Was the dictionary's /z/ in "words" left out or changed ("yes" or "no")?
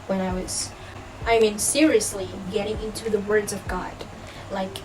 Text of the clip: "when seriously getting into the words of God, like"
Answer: no